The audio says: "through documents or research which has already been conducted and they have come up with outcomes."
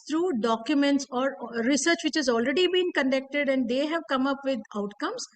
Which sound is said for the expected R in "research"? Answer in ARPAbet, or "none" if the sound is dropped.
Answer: R